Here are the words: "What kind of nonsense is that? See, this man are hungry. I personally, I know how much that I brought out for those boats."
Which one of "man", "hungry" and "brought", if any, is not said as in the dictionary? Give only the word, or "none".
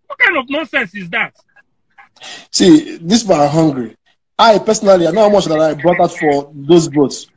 man